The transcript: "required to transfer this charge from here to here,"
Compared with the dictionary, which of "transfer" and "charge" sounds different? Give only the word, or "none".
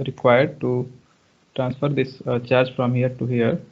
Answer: none